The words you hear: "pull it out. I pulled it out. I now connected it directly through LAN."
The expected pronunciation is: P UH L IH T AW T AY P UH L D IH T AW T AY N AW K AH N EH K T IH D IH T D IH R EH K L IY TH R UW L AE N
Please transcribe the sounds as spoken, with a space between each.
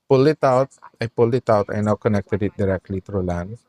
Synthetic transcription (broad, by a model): P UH L IH T AW T AY P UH L IH T AW T AY N AW K AH N EH K T IH D IH T D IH R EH K L IY T R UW L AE N